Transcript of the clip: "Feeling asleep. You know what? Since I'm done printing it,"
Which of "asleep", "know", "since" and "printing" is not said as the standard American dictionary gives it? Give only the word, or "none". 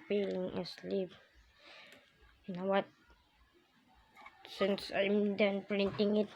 none